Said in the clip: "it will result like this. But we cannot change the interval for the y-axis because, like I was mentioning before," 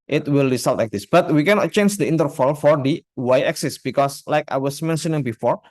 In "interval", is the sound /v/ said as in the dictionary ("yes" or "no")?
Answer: no